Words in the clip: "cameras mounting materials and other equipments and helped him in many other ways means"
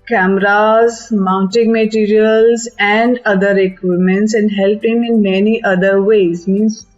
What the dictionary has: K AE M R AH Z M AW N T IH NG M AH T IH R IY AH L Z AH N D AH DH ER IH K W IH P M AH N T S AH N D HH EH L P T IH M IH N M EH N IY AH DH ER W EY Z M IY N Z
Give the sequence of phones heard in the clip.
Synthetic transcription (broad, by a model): K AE M R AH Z M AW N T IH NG M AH T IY R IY AH L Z AH N D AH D ER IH K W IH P M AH N T S AH N D HH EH L P IH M IH N M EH N IY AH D ER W EY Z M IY N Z